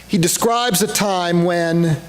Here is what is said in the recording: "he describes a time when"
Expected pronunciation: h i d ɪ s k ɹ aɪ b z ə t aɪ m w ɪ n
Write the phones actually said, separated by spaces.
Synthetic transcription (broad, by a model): h i d ɪ s k ɹ aɪ b z ə t aɪ m w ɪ n